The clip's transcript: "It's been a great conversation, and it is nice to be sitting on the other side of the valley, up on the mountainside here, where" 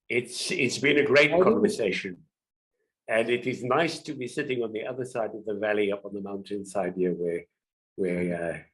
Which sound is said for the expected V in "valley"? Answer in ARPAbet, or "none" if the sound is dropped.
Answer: V